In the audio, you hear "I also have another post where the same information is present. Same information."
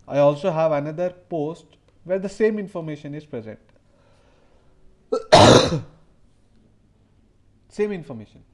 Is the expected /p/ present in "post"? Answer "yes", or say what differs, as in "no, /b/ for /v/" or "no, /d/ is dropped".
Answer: yes